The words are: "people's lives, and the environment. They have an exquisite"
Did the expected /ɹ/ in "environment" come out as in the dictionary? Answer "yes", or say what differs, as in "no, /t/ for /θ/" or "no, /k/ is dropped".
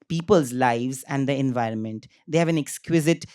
yes